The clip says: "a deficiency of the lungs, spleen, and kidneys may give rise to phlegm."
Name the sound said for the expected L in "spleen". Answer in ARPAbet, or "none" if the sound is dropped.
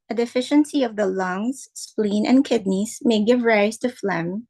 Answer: L